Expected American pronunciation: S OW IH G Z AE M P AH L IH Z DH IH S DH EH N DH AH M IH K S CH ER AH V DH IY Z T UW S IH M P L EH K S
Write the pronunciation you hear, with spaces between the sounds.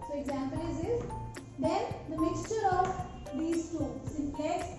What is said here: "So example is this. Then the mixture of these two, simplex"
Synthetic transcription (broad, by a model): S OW IH G Z AE M P AH L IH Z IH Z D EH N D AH M IH K S CH ER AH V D IY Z T UW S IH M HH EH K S